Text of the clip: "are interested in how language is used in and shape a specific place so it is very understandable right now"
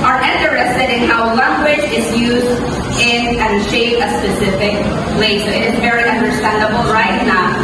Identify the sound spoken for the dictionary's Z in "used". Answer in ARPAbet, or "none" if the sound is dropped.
Z